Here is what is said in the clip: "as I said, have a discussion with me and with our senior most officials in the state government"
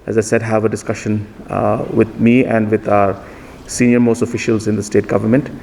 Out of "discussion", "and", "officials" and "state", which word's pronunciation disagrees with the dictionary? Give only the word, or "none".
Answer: none